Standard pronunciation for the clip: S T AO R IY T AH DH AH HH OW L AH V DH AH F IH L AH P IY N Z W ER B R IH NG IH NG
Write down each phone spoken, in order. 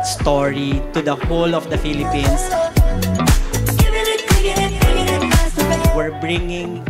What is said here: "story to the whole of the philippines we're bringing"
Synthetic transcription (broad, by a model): S T AO R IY T AH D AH HH OW L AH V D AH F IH L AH P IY N S W ER B R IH NG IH NG